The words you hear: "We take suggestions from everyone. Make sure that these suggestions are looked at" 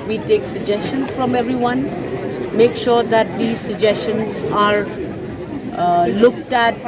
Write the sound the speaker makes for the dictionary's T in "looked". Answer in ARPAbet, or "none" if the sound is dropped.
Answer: T